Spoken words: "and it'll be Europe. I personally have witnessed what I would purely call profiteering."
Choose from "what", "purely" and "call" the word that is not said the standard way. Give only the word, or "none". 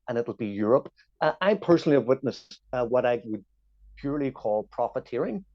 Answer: none